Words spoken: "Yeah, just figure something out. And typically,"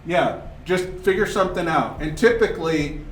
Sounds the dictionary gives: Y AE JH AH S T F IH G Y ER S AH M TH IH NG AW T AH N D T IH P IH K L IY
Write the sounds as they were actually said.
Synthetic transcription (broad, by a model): Y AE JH AH S T F IH G Y ER S AH M TH IH NG AW T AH N T IH P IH K L IY